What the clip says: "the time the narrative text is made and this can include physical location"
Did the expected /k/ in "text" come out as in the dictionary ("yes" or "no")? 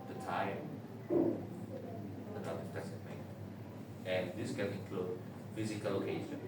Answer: no